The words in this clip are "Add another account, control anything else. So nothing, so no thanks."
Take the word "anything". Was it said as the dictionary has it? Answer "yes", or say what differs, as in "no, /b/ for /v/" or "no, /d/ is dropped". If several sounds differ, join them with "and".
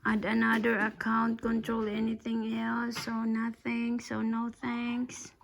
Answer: yes